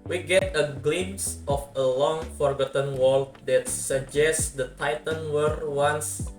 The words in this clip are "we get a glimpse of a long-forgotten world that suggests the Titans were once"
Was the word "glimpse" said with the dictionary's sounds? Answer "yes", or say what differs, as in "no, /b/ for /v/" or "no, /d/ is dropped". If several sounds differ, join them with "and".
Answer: no, /p/ is dropped